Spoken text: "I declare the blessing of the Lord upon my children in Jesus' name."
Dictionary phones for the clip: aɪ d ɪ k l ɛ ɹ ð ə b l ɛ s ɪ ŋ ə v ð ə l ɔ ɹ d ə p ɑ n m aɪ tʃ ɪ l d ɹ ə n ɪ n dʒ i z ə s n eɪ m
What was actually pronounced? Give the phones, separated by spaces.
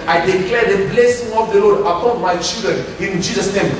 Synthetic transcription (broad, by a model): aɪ d ɪ k l ɛ ɹ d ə b l ɛ s ɪ ŋ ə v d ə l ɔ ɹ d ə p ɑ n m aɪ tʃ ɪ l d ɹ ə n ɪ n dʒ i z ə s n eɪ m